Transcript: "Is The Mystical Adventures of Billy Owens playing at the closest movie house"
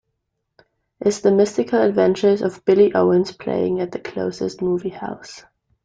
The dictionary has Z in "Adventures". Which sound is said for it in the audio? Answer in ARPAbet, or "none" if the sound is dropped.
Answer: Z